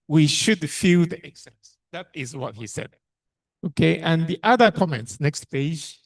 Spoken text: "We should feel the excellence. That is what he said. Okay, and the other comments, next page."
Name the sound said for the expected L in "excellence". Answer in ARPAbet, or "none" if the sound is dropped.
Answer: none